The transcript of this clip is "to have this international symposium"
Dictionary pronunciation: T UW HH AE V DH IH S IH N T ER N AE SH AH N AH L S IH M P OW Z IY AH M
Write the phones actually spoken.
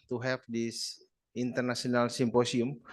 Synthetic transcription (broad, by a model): T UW HH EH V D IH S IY N T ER N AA S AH N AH L S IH M P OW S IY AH M